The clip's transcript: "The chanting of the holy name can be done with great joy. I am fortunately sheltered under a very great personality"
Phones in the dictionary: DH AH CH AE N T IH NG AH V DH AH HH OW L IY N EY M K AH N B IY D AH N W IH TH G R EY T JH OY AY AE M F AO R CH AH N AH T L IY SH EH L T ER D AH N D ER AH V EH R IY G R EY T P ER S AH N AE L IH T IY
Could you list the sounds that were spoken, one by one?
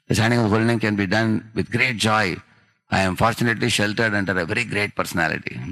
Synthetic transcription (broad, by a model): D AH S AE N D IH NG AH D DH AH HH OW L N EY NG K AH N B IY D AH N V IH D G R EY T JH OY AY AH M F AO R CH AH N AH T L IY SH EH L T ER D AH N D ER AH V EH R IY G R EY T P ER S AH N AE L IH T IY